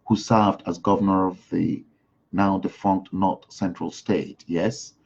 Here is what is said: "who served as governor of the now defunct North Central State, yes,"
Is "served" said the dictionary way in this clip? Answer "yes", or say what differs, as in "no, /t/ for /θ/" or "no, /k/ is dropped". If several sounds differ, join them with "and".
yes